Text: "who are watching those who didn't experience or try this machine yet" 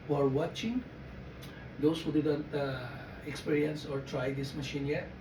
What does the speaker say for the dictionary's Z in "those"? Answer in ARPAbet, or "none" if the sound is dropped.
S